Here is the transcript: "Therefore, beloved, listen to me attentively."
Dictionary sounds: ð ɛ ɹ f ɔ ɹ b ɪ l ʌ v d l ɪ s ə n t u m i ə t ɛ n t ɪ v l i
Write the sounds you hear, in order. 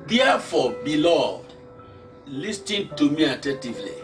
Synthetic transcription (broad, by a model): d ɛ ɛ f ɔ b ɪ l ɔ d l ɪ s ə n t u m i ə t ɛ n t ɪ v l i